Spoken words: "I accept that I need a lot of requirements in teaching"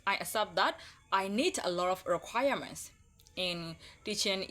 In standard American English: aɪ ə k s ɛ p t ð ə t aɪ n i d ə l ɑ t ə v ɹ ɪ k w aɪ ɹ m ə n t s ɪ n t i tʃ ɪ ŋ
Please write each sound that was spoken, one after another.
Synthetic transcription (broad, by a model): aɪ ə s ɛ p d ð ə t aɪ n i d ə l ɑ t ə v ɹ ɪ k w aɪ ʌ m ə n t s ɪ n t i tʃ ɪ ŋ